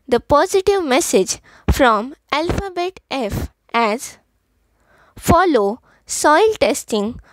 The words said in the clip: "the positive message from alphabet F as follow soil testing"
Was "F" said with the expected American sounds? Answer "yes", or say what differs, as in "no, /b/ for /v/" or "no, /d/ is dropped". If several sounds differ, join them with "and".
yes